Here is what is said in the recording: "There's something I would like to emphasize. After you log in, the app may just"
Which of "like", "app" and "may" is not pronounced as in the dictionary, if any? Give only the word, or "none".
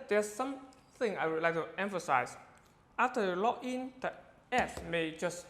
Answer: app